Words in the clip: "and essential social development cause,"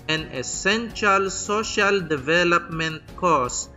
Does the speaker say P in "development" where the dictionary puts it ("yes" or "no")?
yes